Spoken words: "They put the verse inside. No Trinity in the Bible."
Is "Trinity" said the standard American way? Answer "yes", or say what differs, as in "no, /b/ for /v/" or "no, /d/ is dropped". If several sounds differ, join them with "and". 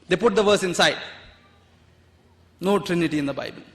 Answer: yes